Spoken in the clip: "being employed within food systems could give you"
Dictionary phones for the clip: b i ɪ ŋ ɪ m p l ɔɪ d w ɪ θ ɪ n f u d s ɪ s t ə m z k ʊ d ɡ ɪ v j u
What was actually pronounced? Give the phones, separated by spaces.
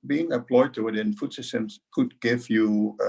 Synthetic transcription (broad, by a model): b i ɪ ŋ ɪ p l ɔɪ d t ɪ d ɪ n f u d s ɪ s t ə m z k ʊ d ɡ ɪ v j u